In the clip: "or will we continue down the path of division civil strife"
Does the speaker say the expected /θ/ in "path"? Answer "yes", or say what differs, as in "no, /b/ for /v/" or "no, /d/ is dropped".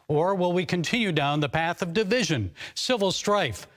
yes